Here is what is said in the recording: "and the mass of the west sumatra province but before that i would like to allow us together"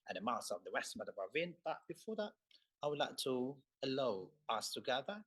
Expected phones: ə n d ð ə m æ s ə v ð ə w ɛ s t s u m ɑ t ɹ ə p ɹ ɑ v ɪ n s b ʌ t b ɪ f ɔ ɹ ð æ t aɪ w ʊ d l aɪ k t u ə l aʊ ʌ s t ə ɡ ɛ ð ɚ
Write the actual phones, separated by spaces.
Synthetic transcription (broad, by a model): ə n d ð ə m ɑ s ə v ð ə w ɛ s t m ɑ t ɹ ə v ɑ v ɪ n b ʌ t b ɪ f ɔ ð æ t aɪ w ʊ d l aɪ k t u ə l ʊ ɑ s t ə ɡ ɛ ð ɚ